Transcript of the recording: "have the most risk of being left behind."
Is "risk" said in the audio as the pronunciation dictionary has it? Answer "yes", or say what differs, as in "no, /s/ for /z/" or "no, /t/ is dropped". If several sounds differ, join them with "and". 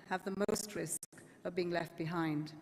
yes